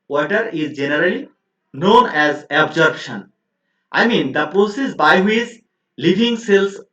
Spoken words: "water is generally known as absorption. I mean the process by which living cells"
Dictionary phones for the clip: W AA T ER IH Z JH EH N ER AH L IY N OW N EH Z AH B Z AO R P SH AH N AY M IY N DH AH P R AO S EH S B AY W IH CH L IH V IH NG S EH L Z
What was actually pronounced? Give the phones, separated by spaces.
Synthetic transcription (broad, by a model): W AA T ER IH Z JH EH N ER AH L IY N OW N EH Z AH B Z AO R B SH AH N AY M IY N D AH P R AO S EH S B AY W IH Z L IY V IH NG S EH L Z